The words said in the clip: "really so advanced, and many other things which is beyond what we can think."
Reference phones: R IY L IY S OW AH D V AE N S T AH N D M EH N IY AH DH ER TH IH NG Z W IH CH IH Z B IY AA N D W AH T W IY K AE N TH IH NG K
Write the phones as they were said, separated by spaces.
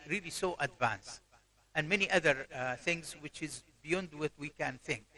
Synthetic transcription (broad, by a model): R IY L IY S OW AH D V AE N S T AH N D M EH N IY AH DH ER TH IH NG Z W IH CH IH Z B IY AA N D W AH T W IY K AE N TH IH NG K